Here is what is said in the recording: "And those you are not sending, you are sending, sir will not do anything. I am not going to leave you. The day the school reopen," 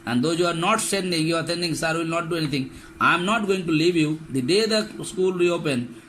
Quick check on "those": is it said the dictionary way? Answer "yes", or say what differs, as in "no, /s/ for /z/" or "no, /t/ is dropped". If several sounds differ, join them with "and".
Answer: no, /z/ is dropped